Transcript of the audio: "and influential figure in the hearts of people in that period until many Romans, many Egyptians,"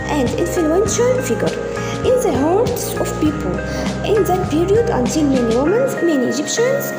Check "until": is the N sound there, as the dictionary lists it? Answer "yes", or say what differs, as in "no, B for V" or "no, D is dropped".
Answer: yes